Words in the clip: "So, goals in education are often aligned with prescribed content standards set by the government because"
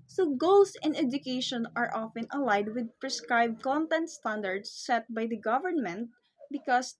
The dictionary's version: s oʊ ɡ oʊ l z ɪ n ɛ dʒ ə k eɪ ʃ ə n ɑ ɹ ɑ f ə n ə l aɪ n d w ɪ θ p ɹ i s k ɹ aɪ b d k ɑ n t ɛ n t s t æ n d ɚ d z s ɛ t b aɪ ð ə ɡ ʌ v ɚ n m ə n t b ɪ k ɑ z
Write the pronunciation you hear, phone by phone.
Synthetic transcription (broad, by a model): s oʊ ɡ oʊ l s ɪ n ɛ dʒ ə k eɪ ʃ ə n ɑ ɹ ɑ f ə n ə l aɪ d w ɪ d p ɹ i s k ɹ aɪ b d k ɑ n t ɛ n t s t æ n d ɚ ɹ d s ɛ t b aɪ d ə ɡ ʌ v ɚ n m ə n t b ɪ k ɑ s